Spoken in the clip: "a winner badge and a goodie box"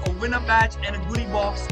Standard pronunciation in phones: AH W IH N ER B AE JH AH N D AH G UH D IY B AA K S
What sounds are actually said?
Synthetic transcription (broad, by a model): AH W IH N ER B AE CH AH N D AH G UH D IY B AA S